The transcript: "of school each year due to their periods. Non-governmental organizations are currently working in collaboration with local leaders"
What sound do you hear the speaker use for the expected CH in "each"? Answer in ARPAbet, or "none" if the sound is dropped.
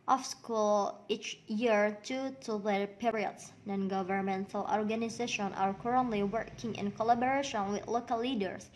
CH